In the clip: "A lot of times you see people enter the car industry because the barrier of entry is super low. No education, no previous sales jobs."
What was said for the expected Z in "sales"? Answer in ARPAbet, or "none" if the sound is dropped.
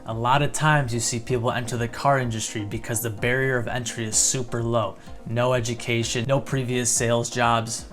Z